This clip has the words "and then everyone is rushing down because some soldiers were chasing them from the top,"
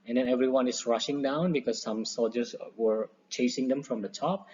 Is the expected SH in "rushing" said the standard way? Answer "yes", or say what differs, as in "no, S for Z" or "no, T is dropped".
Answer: yes